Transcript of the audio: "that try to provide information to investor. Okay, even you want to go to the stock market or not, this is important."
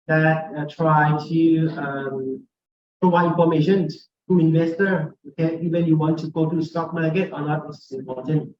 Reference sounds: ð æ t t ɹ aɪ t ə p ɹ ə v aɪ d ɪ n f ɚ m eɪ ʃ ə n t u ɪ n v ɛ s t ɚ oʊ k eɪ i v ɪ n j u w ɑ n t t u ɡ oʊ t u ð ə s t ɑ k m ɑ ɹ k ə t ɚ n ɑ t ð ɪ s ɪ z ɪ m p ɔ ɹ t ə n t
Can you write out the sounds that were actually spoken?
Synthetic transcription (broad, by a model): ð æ t t ɹ aɪ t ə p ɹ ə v aɪ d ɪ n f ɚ m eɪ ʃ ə n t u ɪ n v ɛ s t ɚ oʊ k eɪ i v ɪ n j u w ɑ n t t u ɡ oʊ t u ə s t ɑ k m ɑ ɹ k ə t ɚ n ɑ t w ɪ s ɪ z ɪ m p ɔ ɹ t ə n t